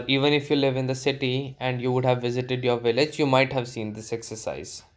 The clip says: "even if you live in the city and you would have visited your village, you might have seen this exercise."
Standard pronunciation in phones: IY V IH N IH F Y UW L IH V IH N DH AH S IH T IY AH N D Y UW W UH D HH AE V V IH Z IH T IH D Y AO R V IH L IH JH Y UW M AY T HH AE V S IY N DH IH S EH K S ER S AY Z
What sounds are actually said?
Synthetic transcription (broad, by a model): IY V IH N IH F Y UW L IH V IH N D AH S IH T IY AH N D Y UW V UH D HH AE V V IH Z IH T IH D Y AO R V IH L IH JH Y UW M AY T HH AE V S IY N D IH S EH K S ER S AY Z